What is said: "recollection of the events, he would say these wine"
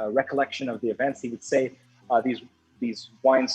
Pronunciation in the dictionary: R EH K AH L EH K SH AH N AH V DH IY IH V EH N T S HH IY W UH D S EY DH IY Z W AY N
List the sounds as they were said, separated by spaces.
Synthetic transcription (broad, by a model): R EH K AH L EH K SH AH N AH V DH IY IH V EH N T S HH IY W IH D S EY DH IY Z W AY N